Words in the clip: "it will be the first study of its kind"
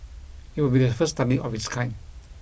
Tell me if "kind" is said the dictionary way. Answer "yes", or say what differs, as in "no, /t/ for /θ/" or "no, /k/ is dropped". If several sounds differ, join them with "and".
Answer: no, /d/ is dropped